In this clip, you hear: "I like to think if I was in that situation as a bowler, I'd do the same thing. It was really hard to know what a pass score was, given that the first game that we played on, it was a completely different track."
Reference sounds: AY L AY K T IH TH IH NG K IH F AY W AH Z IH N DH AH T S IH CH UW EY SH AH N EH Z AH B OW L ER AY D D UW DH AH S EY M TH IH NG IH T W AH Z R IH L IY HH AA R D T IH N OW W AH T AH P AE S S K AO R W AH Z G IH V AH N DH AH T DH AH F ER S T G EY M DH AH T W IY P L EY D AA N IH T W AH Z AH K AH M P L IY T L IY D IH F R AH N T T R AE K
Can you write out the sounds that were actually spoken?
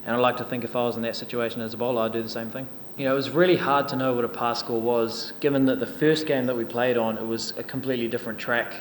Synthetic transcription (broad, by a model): AY L AY K T IH TH IH NG K IH F AY W AH Z N DH AH T S IH CH UW EY SH AH N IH Z AH B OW L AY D D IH DH AH S EY M TH IH NG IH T W AH Z R IH L IY HH AA R D T IH N OW W AH T AH P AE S S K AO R W AH Z G IH V AH N DH AH T DH AH F ER S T G EY M DH AH T W IY P L EY D N IH T W AH Z AH K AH M P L IY T L IY D IH F R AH N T T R AE K